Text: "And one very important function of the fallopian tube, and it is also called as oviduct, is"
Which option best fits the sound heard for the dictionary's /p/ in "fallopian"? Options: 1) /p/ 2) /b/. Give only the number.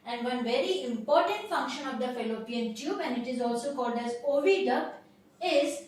1